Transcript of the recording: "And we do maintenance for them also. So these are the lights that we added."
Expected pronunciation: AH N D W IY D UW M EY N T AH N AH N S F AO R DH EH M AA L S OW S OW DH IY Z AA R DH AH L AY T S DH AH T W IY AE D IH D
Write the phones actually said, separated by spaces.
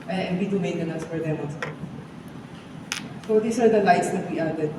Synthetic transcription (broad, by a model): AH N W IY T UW M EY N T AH N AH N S F AO R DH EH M AA L S OW S OW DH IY S AA R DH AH L AY T S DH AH T W IY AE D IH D